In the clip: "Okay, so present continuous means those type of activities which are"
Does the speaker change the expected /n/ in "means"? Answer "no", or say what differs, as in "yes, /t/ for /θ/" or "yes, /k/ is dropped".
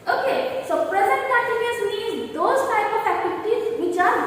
yes, /n/ is dropped